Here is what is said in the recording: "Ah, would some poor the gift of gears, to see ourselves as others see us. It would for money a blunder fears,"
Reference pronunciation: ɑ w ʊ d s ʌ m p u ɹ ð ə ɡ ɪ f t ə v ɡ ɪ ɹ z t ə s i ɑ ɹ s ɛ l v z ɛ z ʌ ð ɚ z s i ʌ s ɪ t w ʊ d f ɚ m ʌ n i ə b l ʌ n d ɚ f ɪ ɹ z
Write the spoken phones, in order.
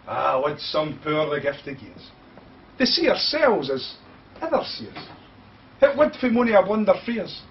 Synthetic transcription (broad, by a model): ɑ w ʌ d s ʌ m p u ɹ ð ə ɡ ɪ f t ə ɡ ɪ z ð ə s i ɑ ɹ s ɛ l v z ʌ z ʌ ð ɚ s i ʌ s ɪ t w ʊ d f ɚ m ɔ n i ə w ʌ n d ɚ f ɹ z